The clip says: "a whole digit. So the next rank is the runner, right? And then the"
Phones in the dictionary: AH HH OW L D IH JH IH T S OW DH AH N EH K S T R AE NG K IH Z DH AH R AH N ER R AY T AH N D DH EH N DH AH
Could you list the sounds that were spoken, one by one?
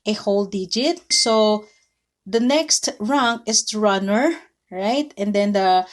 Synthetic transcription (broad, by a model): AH HH OW L D IH JH IH T S OW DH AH N EH K S T R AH NG IH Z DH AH R AH N ER R AY T AH N D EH N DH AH